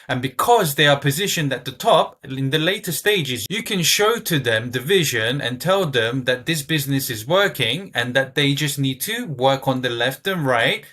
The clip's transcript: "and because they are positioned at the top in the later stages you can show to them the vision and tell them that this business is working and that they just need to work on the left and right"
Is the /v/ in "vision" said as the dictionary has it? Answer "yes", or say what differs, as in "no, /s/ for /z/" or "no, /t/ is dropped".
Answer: yes